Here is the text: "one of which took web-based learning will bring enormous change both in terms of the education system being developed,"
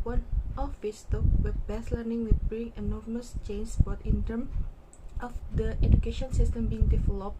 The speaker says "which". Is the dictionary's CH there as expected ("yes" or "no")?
no